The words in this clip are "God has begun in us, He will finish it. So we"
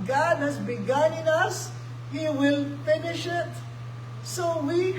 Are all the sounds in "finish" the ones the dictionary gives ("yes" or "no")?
yes